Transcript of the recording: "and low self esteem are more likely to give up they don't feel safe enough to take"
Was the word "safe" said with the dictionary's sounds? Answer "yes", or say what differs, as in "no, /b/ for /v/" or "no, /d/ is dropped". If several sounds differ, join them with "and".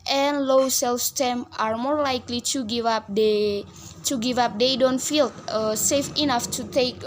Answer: yes